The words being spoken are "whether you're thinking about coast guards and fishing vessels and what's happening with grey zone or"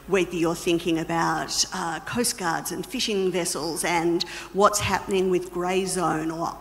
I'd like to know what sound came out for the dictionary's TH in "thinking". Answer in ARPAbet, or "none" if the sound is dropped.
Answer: TH